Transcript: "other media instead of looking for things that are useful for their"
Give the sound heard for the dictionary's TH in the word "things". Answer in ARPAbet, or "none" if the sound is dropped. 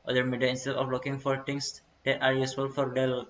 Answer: T